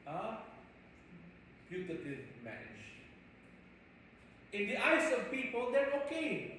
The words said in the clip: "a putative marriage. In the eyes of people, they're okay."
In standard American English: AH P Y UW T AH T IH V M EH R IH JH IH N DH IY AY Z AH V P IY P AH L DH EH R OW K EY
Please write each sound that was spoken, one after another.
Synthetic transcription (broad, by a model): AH P Y UW T AH T IH V M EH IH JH IH N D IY AY S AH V P IY P AH L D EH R OW K EY